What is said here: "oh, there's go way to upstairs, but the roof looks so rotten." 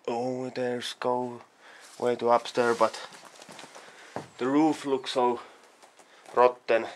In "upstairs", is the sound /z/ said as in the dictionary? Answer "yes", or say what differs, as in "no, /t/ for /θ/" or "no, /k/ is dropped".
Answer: no, /z/ is dropped